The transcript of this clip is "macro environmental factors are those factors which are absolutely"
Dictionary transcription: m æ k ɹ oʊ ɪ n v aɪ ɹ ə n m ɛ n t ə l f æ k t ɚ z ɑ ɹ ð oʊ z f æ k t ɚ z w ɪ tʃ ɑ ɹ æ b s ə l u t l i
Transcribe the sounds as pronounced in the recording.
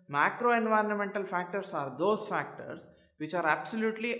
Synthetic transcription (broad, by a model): m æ k ɹ oʊ ɪ n v aɪ ɹ ə n m ɛ n t ə l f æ k t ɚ s ɑ ɹ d oʊ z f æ k t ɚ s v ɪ tʃ ɑ ɹ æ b s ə l u t l i